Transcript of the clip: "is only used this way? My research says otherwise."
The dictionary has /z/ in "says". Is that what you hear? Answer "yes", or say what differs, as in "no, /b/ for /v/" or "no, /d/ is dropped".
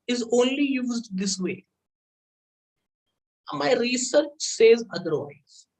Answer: yes